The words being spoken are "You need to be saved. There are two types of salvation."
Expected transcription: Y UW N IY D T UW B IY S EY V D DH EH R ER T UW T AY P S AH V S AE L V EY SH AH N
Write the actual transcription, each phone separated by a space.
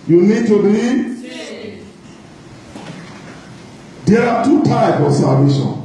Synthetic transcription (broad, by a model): Y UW N IY D T UW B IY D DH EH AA T UW T AY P AH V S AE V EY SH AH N